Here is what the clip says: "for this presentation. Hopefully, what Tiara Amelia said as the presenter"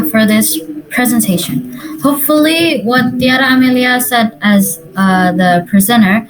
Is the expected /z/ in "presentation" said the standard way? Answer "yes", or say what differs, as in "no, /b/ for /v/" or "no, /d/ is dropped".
yes